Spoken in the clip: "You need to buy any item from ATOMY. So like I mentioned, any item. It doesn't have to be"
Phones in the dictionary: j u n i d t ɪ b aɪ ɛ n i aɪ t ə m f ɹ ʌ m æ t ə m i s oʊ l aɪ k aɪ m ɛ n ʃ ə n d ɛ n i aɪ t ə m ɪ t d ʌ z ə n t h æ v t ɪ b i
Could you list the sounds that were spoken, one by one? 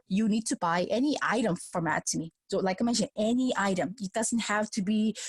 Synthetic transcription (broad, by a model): j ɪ n i d t ɪ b aɪ ɛ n i aɪ t ə m f ɹ ʌ m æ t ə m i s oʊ l aɪ k aɪ m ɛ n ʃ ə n ɛ n i aɪ t ə m ɪ t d ʌ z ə n t h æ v t ɪ b i